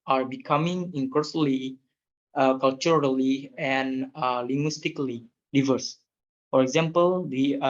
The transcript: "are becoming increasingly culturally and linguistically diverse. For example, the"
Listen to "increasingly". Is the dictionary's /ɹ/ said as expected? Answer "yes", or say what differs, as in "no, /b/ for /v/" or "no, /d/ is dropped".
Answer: no, /ɹ/ is dropped